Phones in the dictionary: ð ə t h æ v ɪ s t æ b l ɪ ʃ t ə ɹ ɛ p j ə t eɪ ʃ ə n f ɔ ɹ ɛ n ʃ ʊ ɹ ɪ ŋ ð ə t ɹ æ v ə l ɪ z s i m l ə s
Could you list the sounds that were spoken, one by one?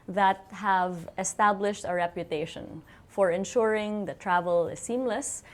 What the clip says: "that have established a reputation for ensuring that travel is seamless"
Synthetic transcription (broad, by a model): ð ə t h æ v ɪ s t æ b l ɪ ʃ t ə ɹ ɛ p j ə t eɪ ʃ ə n f ɔ ɹ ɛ n ʃ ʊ ɹ ɪ ŋ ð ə t ɹ æ v ə l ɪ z s i m l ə s